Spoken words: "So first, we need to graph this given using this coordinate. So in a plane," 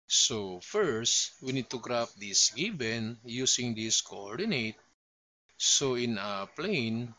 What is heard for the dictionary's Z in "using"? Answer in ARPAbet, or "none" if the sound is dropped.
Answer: S